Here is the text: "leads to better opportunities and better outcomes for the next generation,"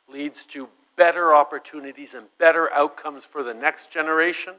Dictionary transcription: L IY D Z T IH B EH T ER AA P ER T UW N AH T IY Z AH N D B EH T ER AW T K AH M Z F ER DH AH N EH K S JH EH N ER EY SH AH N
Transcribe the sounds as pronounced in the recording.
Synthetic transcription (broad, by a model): L IY D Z T IH B EH T ER AA P ER T UW N AH T IY Z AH N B EH T ER AW T K AH M Z F ER DH AH N EH K S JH EH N ER EY SH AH N